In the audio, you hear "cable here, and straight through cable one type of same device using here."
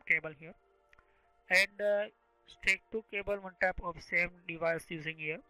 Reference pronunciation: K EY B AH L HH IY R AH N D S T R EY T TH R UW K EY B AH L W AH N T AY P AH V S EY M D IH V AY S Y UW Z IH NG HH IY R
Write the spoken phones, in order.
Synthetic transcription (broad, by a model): K EY B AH L HH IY R AH N D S T EY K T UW K EY B AH L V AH N T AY P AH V S EY M D IH V AY S Y UW Z IH NG HH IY R